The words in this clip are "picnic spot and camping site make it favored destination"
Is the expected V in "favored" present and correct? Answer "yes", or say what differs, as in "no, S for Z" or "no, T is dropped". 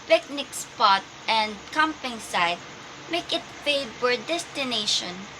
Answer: no, B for V